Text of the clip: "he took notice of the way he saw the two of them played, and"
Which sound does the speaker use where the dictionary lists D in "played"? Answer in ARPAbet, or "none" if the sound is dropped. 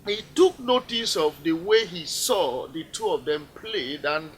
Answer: D